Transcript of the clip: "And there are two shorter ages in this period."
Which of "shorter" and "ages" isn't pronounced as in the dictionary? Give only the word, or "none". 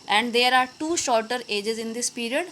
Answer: none